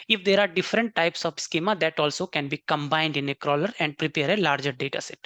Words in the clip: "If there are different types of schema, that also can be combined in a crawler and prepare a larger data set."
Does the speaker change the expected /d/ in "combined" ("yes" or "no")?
no